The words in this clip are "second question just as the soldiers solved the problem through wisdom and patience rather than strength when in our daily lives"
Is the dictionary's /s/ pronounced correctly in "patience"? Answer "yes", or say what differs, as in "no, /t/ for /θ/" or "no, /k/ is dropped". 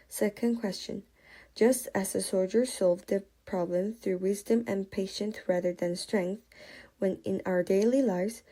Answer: no, /θ/ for /s/